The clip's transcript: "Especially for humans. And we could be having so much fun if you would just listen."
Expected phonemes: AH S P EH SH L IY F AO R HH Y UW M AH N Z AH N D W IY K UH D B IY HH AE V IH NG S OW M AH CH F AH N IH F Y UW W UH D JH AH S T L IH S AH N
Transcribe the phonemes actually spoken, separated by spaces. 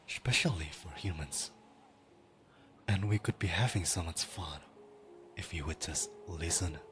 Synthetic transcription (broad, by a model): S P EH SH L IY F AO R HH Y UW M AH N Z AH N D W IY K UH D B IY HH AE V IH NG S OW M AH S F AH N IH F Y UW W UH D JH AH S T L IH S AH N